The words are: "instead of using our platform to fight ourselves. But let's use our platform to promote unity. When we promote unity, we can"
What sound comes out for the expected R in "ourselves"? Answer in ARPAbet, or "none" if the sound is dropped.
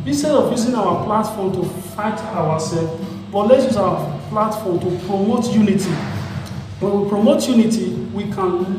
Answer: W